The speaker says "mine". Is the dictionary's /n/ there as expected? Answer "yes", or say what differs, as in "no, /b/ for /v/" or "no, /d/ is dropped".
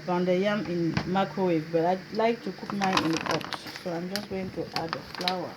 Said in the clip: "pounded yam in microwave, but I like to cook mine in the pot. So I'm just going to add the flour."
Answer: no, /n/ is dropped